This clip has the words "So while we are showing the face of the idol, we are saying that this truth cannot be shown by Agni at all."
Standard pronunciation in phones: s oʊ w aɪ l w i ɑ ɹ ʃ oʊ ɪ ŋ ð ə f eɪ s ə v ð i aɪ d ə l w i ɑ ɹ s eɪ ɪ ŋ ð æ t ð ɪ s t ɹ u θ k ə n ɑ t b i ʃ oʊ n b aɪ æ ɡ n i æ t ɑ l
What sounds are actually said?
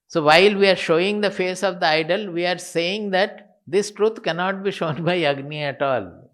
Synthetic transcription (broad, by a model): s oʊ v aɪ l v i ɑ ɹ ʃ oʊ ɪ ŋ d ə f eɪ s ə v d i aɪ d ə l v i ɑ ɹ s eɪ ɪ ŋ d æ t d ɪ s t ɹ u t k ə n ɑ t b i ʃ oʊ n b aɪ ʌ ɡ n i æ t ɑ l